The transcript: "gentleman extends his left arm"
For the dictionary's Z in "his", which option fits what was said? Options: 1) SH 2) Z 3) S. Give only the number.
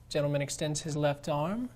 2